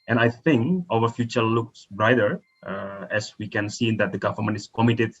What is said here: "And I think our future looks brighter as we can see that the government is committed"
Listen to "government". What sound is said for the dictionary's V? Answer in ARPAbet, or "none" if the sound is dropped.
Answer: F